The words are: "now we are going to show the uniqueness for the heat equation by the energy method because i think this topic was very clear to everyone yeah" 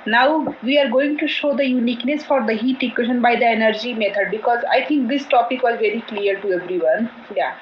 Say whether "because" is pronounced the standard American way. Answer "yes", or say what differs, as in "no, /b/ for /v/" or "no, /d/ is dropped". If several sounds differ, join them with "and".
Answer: yes